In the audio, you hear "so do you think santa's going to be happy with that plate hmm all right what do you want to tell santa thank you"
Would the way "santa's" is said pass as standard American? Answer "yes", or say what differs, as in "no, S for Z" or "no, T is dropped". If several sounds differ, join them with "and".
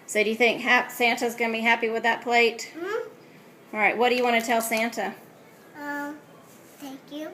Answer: yes